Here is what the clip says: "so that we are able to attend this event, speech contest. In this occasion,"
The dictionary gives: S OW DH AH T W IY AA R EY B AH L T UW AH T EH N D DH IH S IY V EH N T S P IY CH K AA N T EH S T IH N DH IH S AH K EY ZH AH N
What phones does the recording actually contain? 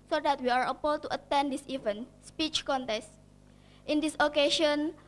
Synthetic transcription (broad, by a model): S OW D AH T W IY AA R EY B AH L T UW AH T EH N D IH S IY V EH N S P IY CH K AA N T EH S T IH N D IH S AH K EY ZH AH N